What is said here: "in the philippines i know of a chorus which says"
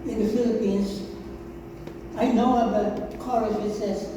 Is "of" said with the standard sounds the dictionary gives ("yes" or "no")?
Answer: no